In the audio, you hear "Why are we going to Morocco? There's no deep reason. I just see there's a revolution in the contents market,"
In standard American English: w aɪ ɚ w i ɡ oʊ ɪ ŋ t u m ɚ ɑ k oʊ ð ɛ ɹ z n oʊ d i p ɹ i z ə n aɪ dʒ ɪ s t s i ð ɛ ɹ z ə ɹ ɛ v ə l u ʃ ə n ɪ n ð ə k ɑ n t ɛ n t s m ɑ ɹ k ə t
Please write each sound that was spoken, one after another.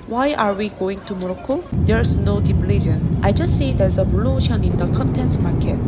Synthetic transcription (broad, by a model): w aɪ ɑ w i ɡ oʊ ɪ ŋ t u m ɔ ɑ k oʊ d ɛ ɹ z n oʊ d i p l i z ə n aɪ dʒ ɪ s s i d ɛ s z ə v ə l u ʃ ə n ɪ n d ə k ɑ n t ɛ n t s m ɑ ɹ k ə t